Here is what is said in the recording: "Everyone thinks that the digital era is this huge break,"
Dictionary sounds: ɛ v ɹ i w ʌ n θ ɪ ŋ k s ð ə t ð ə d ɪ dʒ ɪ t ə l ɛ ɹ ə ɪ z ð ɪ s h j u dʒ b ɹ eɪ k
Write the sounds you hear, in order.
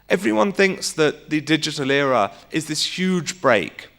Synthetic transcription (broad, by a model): ɛ v ɹ i w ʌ n θ ɪ ŋ k s ð ə t ð ə d ɪ dʒ ɪ t ə l ɛ ɹ ə ɪ z ð ɪ s h j u dʒ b ɹ eɪ k